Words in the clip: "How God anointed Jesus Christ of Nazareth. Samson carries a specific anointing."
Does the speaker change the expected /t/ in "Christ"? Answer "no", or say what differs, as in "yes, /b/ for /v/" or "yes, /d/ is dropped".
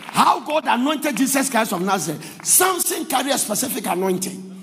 yes, /t/ is dropped